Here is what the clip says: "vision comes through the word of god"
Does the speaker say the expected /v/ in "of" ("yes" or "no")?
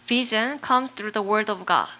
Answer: yes